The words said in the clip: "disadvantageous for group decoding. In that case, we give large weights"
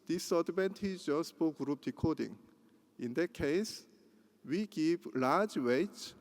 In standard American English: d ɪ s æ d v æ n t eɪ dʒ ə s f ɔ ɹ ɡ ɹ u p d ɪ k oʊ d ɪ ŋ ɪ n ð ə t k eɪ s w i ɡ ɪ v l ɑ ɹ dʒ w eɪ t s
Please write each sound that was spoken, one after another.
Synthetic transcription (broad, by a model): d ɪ s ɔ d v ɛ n t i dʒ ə s p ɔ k ɡ ɹ u p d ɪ k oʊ d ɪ ŋ ɪ n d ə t k eɪ s w i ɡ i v l ɑ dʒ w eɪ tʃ